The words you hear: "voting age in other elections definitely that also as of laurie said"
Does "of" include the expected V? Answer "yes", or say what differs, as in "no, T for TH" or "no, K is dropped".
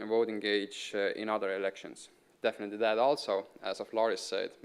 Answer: no, F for V